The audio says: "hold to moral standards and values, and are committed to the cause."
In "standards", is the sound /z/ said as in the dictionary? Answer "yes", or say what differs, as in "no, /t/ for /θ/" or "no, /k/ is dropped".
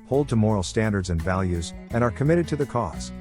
yes